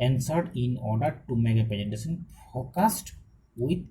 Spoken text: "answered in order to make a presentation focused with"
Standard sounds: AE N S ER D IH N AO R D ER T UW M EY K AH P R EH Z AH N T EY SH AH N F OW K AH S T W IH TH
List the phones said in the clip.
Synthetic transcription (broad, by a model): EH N S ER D IH N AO R D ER T UW M EY K AH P EH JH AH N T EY S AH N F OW K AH S T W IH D